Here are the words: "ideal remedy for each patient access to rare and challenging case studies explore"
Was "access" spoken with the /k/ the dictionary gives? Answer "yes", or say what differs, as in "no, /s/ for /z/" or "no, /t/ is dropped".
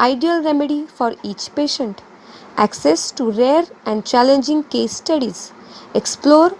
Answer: yes